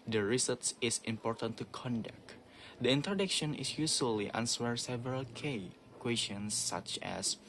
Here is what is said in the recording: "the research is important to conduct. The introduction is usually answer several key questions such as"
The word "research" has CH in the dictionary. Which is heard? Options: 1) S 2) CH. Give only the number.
1